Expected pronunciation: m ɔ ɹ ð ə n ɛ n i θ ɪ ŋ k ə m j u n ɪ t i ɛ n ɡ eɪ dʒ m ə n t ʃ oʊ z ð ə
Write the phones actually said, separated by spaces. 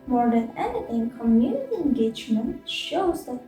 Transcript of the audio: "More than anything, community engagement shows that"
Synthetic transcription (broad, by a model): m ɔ ɹ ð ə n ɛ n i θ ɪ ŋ k ə m j u n ɪ t i ɛ n ɡ eɪ dʒ m ə n t ʃ oʊ z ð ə